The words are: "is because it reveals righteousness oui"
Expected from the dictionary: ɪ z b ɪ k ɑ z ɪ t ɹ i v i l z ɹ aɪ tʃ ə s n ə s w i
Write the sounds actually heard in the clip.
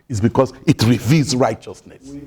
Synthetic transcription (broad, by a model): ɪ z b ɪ k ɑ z ɪ t ɹ i v i l z ɹ aɪ tʃ ə s n ə s